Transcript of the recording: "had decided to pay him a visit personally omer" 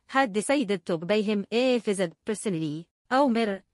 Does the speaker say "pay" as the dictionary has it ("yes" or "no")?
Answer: no